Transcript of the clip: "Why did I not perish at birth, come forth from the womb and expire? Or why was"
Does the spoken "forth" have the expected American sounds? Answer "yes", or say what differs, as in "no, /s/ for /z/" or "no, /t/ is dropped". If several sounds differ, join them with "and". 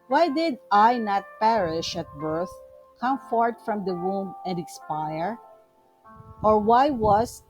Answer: no, /t/ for /θ/